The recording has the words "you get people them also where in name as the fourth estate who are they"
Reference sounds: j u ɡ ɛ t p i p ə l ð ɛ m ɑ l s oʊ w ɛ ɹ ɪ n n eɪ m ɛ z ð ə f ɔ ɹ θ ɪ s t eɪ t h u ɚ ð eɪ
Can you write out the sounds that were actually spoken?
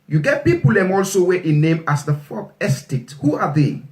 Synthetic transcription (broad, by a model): j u ɡ ɛ t p i p ə l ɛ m ɑ l s oʊ w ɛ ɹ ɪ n n eɪ m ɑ s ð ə f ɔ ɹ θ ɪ s t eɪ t h u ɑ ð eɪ